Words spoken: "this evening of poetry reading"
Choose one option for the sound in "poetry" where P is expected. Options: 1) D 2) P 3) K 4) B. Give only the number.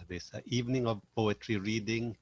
2